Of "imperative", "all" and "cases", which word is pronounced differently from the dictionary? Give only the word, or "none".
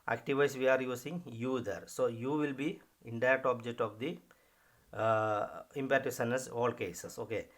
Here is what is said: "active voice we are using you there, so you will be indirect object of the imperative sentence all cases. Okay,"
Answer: cases